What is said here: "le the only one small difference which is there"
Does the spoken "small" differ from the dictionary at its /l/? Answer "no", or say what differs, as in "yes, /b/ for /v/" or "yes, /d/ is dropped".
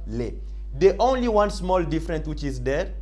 no